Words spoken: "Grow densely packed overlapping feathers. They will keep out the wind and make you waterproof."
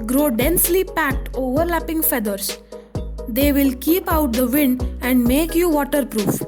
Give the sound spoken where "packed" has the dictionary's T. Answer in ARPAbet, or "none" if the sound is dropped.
T